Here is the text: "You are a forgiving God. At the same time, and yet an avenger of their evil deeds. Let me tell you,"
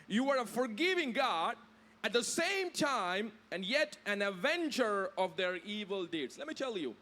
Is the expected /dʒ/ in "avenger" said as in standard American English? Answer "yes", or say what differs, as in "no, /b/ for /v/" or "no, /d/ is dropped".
no, /tʃ/ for /dʒ/